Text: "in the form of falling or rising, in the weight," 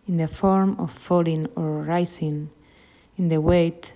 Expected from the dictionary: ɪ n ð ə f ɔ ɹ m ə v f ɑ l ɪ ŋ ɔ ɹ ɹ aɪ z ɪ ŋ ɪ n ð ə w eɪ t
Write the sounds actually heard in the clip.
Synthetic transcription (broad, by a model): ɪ n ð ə f ɔ ɹ m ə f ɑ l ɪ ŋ ɔ ɹ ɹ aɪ s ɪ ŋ ɪ n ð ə w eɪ t